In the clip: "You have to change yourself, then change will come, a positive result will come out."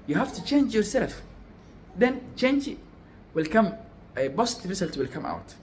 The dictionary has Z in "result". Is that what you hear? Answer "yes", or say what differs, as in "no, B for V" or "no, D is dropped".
no, S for Z